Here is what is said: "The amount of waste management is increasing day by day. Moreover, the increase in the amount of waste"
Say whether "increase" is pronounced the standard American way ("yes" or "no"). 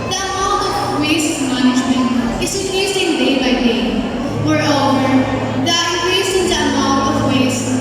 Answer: no